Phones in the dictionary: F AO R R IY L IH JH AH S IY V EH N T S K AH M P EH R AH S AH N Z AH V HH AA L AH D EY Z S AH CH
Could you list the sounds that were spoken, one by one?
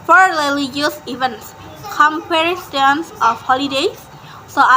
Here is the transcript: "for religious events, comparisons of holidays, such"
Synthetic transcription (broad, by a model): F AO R L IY L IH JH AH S IY V EH N T S K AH M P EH R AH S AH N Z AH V HH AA L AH D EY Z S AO